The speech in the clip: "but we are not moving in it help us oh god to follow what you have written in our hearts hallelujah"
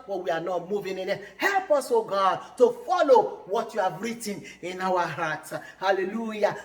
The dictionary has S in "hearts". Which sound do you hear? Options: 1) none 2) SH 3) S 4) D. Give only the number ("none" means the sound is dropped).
1